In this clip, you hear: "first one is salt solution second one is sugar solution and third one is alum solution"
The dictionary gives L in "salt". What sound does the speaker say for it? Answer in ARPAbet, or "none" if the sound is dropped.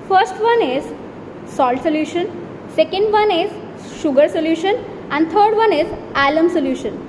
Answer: L